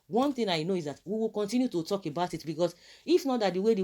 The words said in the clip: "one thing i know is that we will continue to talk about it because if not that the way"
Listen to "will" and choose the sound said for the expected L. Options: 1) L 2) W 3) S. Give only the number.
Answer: 1